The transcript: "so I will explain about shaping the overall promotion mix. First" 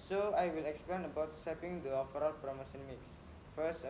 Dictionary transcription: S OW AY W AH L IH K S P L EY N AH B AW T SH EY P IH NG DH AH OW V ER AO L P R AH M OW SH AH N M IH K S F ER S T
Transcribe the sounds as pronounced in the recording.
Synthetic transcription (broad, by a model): S OW AY W AH L IH K S P L EY N AH B AW T S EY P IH NG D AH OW F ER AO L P R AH M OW S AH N M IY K S F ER S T